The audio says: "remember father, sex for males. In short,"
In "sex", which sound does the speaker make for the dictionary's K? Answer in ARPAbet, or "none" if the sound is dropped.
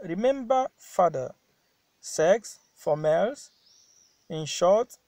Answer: K